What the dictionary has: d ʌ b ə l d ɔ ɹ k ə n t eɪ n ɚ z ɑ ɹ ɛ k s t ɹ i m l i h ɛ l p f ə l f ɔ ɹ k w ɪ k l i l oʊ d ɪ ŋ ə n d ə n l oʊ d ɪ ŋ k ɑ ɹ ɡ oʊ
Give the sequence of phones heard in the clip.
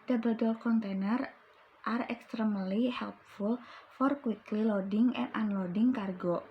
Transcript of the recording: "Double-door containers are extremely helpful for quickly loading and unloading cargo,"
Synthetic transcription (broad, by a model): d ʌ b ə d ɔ l k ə n t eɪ n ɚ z ɑ ɹ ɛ k s t ɹ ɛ m l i h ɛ l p f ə l f ɔ ɹ k w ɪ k l i l oʊ d ɪ ŋ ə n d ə n l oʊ d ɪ ŋ k ɑ ɹ ɡ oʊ